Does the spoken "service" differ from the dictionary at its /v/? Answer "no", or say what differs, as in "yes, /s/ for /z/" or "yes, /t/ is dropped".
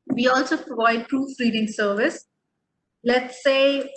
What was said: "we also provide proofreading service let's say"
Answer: no